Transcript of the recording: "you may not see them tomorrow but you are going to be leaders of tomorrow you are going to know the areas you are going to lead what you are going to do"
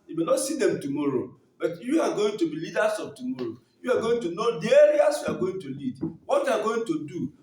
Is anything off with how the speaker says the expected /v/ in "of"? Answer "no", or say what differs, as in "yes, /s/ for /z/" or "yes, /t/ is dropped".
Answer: yes, /b/ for /v/